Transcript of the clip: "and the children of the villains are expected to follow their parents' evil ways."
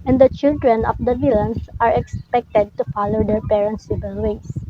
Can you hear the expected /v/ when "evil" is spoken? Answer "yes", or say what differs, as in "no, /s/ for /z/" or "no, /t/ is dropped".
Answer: no, /b/ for /v/